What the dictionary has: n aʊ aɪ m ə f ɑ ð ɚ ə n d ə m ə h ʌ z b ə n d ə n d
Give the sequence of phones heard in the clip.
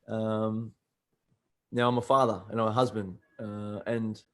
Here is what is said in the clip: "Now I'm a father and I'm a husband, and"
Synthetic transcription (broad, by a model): n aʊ aɪ m ə f ɑ ð ɚ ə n ə m ə h ʌ z b ə n d ə n